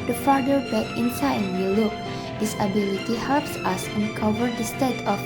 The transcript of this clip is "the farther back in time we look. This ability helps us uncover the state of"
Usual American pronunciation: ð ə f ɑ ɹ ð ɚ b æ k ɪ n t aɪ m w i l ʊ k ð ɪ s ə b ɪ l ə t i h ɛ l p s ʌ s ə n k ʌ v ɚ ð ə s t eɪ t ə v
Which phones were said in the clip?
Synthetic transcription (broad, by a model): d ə f ɑ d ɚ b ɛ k ɪ n s aɪ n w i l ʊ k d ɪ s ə b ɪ l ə t i h ɛ l p s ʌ s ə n k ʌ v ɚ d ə s t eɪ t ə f